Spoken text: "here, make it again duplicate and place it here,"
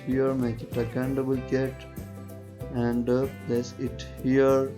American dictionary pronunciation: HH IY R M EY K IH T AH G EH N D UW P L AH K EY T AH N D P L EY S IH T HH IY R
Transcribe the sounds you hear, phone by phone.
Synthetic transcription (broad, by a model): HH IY R M EY K IH T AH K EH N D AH B L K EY T AH N D P L EY S IH T HH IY R